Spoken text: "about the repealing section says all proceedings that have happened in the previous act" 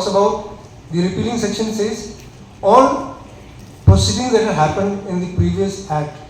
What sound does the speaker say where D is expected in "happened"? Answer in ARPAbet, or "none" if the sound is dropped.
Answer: D